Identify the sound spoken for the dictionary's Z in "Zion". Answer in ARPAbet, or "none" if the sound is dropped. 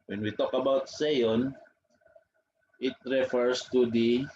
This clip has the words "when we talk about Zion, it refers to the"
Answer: S